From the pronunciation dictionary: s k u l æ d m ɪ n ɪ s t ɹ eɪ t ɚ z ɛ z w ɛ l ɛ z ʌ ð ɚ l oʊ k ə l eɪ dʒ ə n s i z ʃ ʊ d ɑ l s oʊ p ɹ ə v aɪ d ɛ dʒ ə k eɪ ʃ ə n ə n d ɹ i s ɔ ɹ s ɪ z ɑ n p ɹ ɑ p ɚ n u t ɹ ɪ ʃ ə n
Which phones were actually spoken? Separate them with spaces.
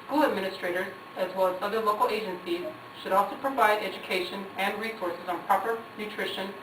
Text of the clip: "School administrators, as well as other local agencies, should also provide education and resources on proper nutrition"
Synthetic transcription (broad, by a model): s k u l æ d m ɪ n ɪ s t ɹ eɪ t ɚ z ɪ z w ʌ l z ʌ ð ɚ l oʊ k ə l eɪ dʒ ə n s i z ʃ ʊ d ɑ l s oʊ p ɹ ə v aɪ d ɛ dʒ ə k eɪ ʃ ə n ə n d ɹ i s ɔ ɹ s ɪ z n p ɹ ɑ p ɚ n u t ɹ ɪ ʃ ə n